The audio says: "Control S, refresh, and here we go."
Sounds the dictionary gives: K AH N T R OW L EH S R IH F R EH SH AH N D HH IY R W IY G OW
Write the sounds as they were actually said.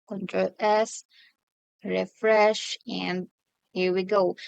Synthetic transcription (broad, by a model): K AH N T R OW EH S R IH F R EH SH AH N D HH IY R W IY G OW